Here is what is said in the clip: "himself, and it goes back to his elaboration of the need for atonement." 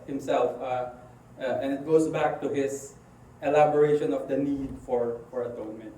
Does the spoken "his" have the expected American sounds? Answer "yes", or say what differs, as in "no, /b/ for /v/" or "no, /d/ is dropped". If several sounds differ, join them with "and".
no, /s/ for /z/